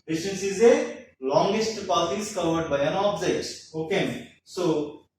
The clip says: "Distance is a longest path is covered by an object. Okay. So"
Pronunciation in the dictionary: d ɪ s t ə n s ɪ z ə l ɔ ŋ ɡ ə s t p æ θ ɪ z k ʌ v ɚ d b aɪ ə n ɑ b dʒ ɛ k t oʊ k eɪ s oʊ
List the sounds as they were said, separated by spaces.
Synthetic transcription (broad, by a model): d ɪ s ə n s ɪ z ə l ɔ ŋ ɡ ə s t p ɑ t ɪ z k ʌ v ɚ d b aɪ ə n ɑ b z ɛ t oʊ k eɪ s oʊ